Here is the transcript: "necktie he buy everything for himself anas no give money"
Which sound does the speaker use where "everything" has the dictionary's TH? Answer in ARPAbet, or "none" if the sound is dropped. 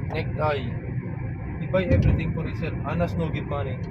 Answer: T